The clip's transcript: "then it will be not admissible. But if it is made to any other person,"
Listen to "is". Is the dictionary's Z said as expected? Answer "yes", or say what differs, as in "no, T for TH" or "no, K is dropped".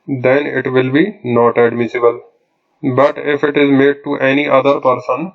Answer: yes